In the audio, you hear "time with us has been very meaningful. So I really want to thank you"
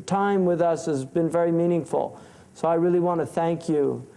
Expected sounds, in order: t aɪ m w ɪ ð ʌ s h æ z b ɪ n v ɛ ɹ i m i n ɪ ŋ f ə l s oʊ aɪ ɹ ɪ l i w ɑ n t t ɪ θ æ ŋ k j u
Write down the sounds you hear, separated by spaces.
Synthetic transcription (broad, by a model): t aɪ m w ɪ ð ʌ s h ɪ z b ɪ n v ɛ ɹ i m i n ɪ ŋ f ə l s oʊ aɪ ɹ ɪ l i w ɑ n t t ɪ θ æ ŋ k j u